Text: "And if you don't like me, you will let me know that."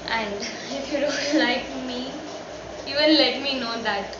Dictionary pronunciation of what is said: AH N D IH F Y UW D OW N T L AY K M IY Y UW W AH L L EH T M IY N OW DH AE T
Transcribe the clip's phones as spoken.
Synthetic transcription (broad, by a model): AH N D IH F Y UW D OW N T L AY K M IY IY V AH N L EH T M IY N OW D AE T